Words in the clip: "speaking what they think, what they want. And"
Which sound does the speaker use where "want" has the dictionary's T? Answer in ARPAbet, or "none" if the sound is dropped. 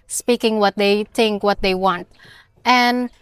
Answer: T